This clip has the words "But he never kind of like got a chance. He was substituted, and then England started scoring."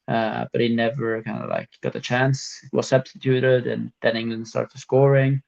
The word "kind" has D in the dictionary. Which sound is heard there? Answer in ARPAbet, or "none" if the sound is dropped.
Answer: D